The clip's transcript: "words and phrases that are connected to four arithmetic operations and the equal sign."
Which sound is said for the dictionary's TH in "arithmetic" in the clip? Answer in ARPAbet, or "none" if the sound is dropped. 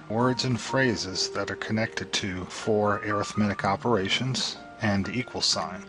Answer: TH